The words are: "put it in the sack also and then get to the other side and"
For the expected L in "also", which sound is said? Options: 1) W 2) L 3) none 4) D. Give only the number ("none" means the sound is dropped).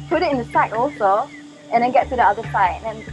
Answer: 2